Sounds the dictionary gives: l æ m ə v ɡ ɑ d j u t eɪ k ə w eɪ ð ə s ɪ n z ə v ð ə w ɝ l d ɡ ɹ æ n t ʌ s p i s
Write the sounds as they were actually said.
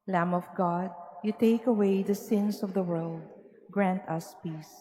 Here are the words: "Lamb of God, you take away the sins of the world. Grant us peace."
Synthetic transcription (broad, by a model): l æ m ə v ɡ ɑ d j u t eɪ k ə w eɪ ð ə s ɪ n s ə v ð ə w ɝ l d ɡ ɹ æ n t ʌ s p i s